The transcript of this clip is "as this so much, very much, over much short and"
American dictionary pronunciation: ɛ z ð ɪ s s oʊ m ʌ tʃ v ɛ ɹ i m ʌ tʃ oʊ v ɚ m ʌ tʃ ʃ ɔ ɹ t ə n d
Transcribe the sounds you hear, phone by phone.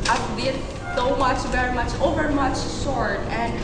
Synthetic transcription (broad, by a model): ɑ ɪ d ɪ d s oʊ m ʌ tʃ v ɛ ɹ i m ʌ tʃ oʊ v ɚ m ʌ tʃ s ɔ ɹ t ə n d